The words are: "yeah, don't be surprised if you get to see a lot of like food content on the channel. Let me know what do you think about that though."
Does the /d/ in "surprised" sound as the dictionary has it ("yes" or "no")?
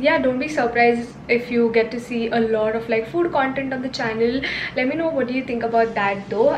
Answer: no